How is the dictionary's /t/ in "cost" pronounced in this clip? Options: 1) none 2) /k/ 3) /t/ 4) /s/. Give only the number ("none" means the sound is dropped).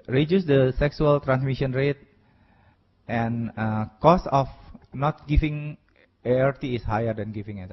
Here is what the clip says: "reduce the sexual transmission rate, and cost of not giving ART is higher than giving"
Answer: 1